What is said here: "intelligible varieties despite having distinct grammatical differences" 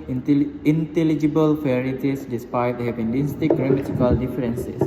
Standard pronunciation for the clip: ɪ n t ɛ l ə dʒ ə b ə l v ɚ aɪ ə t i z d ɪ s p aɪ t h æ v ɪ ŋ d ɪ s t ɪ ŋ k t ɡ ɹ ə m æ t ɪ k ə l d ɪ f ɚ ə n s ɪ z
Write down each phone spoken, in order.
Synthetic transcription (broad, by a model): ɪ n t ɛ l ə dʒ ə b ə l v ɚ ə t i s d ɪ s p aɪ t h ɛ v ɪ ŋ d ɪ s t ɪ k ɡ ɹ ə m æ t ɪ k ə l d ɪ f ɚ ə n s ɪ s